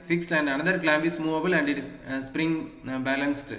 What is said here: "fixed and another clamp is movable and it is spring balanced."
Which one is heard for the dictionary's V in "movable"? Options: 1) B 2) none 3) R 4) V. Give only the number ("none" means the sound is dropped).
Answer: 4